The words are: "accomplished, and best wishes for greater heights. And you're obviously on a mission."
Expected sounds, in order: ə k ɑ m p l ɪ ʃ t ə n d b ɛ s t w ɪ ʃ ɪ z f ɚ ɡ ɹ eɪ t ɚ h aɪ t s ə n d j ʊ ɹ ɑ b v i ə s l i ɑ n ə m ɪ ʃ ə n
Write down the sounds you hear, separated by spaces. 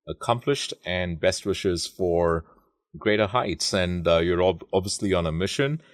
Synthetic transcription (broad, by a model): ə k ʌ m p l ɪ ʃ t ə n b ɛ s t w ɪ ʃ ɪ z f ɚ ɡ ɹ eɪ t ɚ h aɪ t s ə n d j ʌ ɹ ɑ b v i ə s l i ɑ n ə m ɪ ʃ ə n